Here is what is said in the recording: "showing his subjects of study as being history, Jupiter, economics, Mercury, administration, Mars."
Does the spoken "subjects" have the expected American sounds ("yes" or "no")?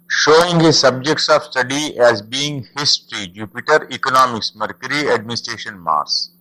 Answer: yes